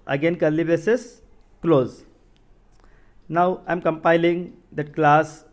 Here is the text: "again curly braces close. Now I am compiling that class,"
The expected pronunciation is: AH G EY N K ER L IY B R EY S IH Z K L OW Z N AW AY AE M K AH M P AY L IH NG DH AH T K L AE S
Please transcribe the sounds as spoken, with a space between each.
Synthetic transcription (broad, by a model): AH G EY N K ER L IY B EY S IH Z K L OW Z N AW AY M K AH M P AY L IH NG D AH T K L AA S